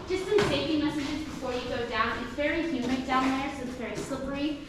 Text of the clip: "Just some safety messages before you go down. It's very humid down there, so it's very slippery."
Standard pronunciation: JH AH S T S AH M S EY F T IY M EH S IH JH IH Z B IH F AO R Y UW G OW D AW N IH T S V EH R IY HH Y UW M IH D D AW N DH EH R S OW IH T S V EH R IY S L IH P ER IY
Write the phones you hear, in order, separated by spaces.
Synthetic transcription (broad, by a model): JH AH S S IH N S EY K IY M EH S IH JH IH Z B IH F AO R Y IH G OW D AW N IH T S V EH R IY HH Y UW M IH D D AW N DH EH R S OW IH T S V EH R IY S L IH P ER IY